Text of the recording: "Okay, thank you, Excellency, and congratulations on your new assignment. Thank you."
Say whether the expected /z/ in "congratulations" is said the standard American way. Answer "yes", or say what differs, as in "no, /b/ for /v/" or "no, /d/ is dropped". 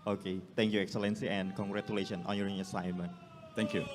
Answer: no, /z/ is dropped